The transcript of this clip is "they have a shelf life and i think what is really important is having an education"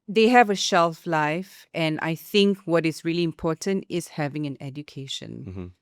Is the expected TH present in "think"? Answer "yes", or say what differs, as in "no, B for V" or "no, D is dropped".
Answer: yes